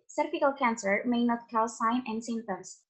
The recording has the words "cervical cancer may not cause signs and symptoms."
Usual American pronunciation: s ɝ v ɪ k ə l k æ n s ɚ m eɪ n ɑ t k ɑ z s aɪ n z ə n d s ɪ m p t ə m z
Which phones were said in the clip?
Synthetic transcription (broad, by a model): s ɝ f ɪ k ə l k æ n s ɚ m eɪ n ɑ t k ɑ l s aɪ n ə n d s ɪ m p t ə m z